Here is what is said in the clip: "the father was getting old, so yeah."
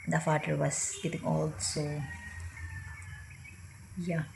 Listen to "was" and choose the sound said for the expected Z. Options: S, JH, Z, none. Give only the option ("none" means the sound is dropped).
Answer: S